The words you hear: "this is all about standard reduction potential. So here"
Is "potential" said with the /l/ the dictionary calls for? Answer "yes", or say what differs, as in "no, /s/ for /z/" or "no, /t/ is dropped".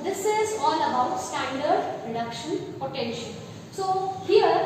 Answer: no, /n/ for /l/